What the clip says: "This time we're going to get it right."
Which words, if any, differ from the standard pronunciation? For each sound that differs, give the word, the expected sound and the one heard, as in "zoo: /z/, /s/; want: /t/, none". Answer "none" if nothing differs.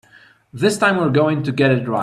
right: /t/, none